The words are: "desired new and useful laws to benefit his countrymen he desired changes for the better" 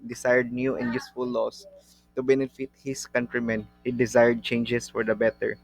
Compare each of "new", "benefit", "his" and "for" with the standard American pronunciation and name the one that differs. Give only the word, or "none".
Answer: his